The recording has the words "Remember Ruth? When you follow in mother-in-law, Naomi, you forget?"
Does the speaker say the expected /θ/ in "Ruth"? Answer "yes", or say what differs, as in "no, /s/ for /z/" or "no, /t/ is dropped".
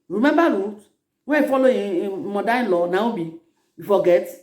no, /t/ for /θ/